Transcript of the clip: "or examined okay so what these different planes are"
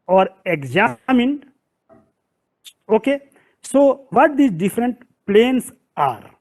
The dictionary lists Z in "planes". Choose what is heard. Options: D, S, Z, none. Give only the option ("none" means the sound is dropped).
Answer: S